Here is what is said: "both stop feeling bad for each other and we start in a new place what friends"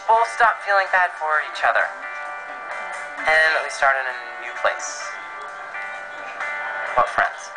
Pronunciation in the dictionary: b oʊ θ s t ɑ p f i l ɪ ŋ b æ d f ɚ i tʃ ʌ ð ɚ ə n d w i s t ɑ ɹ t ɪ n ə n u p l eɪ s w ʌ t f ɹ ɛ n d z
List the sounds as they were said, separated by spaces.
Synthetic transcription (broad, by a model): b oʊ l s t ɑ p f i l ɪ ŋ b æ d f ɚ i tʃ ʌ ð ɚ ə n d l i s t ɑ ɹ t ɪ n ə n u p l eɪ s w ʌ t f ɹ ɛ n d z